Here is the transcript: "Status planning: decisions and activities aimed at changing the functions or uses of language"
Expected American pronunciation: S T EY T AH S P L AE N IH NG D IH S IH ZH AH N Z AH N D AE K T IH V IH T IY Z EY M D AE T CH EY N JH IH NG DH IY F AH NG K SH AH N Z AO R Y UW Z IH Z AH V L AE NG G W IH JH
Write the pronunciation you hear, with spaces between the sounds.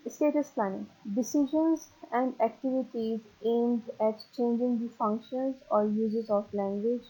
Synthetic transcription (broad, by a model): S T EY T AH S P L AE N IH NG D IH S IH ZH AH N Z AH N D AE K T IH V IH T IY Z EY M D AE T CH EY N JH IH NG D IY F AH NG K SH AH N Z AO R Y UW Z IH Z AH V L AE NG G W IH JH